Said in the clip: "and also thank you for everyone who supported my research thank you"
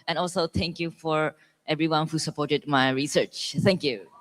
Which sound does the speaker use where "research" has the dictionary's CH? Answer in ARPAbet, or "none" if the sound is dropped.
CH